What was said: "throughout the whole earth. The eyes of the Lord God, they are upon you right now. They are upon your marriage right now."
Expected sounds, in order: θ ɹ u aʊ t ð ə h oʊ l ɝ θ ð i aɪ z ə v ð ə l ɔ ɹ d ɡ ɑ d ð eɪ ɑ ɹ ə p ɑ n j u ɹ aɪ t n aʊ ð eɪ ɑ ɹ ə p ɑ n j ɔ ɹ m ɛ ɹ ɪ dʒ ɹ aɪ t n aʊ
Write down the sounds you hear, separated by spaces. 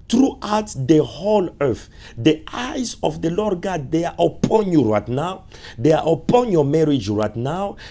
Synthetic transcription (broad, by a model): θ ɹ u aʊ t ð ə h oʊ l ɝ θ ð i aɪ z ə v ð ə l ɔ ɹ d ɡ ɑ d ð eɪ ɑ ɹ ə p ɑ n j u ɹ aɪ t n aʊ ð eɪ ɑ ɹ ə p ɑ n j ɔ m ɛ ɹ ɪ dʒ ɹ aɪ t n aʊ